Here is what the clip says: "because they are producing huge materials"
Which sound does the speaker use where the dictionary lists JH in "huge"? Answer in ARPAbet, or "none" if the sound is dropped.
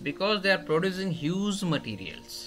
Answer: Z